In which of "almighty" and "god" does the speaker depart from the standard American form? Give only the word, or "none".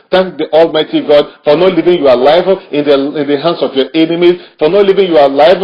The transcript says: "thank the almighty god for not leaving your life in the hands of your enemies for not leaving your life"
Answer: none